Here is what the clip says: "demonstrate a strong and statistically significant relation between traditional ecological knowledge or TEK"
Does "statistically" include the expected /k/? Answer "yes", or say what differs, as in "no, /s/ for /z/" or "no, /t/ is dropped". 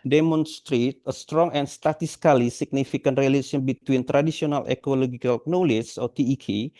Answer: no, /k/ is dropped